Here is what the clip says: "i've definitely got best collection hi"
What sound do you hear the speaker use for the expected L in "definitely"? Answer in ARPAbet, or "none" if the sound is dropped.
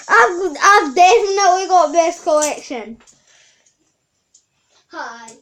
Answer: W